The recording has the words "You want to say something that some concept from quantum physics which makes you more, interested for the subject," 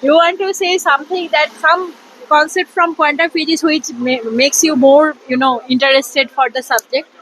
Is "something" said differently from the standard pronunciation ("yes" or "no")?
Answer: yes